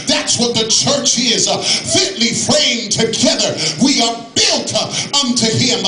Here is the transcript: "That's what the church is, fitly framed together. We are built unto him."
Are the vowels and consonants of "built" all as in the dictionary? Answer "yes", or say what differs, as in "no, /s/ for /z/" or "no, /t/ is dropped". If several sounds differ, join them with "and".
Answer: yes